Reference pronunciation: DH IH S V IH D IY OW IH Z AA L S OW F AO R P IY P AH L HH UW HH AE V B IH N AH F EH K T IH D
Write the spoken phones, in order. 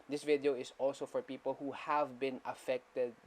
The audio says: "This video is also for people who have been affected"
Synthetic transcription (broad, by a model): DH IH S V IH D IY OW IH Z AA L S OW F AO R P IY P AH L HH UW HH AE V B IH N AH F EH K T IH D